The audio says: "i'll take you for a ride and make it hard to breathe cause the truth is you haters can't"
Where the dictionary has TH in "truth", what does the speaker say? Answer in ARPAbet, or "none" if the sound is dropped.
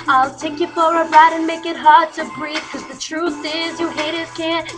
TH